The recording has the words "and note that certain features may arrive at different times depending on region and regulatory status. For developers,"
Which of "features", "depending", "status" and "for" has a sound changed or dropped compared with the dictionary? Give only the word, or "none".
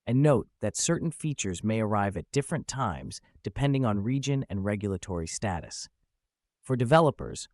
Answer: none